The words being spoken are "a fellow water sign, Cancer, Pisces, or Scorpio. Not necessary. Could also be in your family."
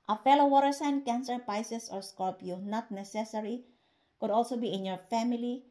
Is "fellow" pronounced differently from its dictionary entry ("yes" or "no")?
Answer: no